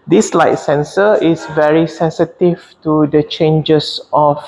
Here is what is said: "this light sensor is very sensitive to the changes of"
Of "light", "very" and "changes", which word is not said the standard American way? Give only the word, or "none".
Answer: changes